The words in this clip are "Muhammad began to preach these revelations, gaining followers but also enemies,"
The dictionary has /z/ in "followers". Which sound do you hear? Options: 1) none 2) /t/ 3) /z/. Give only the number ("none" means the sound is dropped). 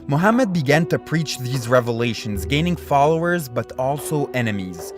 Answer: 3